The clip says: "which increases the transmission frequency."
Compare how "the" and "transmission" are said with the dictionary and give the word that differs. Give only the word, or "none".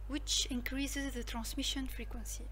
none